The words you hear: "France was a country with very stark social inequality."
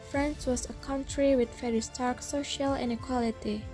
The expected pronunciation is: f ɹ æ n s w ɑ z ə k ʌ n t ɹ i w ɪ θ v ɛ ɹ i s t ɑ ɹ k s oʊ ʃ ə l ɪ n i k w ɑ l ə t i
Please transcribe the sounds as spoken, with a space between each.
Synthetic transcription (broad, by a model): f ɹ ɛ n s w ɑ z ə k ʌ n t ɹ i w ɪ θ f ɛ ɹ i s t ɑ ɹ k s oʊ ʃ ə l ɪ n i k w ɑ l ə t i